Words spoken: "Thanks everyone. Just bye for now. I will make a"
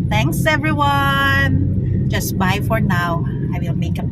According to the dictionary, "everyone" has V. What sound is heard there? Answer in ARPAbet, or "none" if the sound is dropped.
V